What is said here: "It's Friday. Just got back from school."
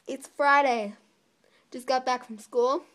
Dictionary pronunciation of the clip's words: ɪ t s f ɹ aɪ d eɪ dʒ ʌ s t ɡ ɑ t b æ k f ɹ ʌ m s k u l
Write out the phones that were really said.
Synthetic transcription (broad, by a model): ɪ t s f ɹ aɪ d eɪ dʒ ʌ s ɡ ɑ t b æ k f ɹ ʌ m s k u l